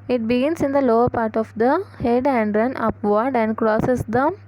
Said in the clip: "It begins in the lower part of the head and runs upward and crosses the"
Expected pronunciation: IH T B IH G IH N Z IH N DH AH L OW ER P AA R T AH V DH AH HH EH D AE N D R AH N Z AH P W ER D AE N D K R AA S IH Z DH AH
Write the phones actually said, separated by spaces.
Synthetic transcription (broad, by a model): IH T B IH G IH N S IH N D AH L OW ER P AA R T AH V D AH HH EH D AE N D R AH N AH P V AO D AE N D K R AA S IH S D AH